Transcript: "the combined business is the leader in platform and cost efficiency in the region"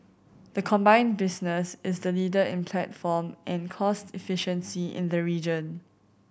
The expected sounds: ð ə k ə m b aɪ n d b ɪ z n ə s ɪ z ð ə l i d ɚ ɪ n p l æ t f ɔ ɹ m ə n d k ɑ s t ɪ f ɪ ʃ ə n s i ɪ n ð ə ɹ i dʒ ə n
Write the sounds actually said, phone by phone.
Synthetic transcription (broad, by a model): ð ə k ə m b aɪ n b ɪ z n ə s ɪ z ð ə l i d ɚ ɪ n p l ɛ t f ɔ m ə n k ɑ s t ɪ f ɪ ʃ ə n s i ɪ n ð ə ɹ i dʒ ə n